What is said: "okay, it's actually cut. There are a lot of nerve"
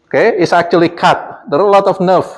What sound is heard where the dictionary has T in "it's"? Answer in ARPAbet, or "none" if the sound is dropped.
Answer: T